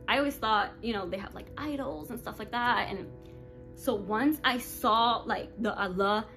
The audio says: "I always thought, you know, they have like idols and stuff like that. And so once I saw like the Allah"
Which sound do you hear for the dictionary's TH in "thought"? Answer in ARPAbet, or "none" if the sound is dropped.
TH